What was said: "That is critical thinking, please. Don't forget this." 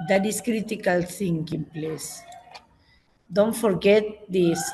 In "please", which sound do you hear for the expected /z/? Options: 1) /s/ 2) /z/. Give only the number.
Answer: 1